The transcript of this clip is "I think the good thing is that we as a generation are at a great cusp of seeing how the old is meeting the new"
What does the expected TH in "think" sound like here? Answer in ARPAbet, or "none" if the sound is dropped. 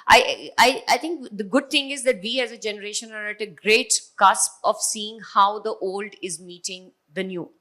T